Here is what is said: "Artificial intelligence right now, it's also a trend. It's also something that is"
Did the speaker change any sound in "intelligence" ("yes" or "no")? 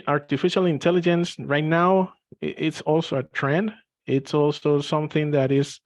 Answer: no